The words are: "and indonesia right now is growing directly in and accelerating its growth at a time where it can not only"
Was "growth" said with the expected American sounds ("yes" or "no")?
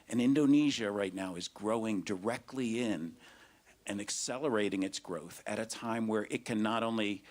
yes